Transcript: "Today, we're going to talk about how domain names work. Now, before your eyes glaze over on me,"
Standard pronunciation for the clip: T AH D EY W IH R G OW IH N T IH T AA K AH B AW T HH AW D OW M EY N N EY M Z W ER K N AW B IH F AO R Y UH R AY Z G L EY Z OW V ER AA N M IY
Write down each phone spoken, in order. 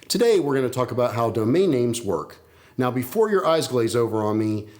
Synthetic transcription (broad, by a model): T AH D EY W IH R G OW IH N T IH T AA K AH B AW T HH AW D OW M EY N N EY M Z W ER K N AW B IH F AO R Y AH R AY Z G L EY Z OW V ER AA N M IY